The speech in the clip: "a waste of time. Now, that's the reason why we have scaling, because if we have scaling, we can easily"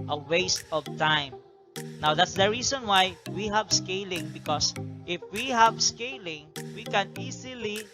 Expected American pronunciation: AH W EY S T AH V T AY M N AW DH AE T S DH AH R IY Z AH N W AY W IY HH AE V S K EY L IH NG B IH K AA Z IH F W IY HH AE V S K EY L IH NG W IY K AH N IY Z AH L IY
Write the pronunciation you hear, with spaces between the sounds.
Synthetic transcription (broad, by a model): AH W EY S T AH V T AY M N AW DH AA T S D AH R IY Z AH N W AY W IY HH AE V S K EY L IH NG B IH K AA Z IH F W IY HH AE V S K EY L IH NG W IY K AH N IY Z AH L IY